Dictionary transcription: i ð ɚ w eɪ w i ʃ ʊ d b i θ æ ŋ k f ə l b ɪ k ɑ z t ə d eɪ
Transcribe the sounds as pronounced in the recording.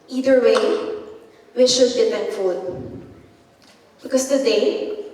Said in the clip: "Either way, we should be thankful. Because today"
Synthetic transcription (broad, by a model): i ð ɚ w eɪ w i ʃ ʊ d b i t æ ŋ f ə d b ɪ k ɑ s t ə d eɪ